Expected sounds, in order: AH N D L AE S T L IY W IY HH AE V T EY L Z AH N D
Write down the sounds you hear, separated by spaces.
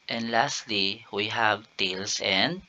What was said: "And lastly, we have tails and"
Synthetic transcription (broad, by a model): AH N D L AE S T L IY W IY HH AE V T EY L S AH N D